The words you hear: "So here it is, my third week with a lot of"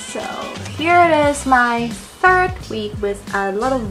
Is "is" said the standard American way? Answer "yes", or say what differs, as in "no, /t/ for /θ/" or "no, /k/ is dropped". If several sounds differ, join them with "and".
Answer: yes